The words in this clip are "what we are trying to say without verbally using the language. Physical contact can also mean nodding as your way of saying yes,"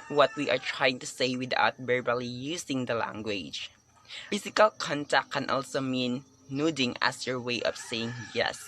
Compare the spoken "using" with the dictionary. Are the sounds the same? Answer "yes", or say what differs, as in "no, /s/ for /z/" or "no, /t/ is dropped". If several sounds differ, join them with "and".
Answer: no, /s/ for /z/